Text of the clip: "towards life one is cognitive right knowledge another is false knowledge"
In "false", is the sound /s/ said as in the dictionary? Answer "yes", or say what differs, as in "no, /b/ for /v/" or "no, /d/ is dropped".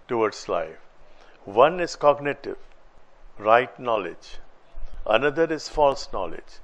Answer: yes